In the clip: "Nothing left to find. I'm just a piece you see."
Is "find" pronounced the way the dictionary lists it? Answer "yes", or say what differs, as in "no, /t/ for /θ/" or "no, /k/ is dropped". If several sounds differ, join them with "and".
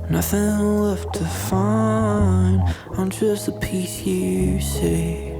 no, /d/ is dropped